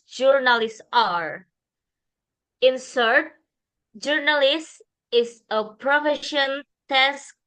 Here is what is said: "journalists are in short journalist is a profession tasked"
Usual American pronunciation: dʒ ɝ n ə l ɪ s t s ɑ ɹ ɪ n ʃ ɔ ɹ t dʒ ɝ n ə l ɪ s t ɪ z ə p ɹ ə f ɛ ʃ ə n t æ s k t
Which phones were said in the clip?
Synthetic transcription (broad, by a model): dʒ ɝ n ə l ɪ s s ɑ ɹ ɪ n s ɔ ɹ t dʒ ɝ n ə l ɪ s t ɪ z ə p ɹ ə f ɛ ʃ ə n t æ s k